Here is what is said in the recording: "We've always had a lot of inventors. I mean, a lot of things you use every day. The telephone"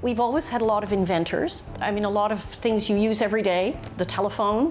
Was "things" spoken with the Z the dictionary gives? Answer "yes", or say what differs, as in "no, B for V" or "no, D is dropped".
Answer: yes